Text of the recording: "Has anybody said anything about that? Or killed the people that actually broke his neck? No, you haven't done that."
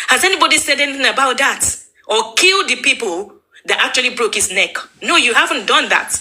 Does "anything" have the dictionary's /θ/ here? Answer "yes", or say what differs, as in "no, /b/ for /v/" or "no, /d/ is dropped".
yes